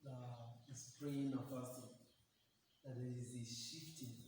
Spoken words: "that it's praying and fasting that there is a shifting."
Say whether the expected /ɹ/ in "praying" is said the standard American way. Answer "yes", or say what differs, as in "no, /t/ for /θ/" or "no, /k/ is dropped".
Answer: no, /l/ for /ɹ/